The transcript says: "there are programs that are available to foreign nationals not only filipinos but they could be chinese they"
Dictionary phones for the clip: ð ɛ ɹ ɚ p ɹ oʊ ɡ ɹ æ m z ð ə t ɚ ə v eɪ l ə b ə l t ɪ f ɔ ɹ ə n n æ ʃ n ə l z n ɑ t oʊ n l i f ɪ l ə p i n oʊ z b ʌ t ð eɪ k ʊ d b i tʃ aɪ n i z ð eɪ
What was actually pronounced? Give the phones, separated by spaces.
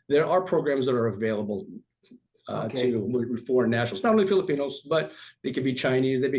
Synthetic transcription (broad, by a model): ð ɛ ɹ ɚ p ɹ oʊ ɡ ɹ æ m z ð ə t ɚ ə v eɪ l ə b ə l t ɪ f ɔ ɹ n n æ ʃ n l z n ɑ t oʊ n l i f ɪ l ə p i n oʊ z b ʌ t ð eɪ k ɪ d b i tʃ aɪ n i z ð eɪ